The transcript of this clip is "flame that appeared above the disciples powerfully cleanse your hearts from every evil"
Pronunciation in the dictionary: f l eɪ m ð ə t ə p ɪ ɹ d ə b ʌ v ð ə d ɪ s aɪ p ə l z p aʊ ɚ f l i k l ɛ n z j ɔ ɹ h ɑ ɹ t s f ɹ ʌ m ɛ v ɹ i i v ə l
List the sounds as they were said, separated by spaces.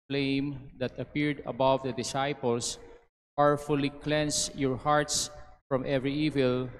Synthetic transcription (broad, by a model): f l eɪ m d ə t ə p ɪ ɹ d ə b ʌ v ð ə d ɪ s aɪ p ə l s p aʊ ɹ f l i k l ɛ n s j ɔ ɹ h ɑ ɹ t s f ɹ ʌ m ɛ v ɹ i i v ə l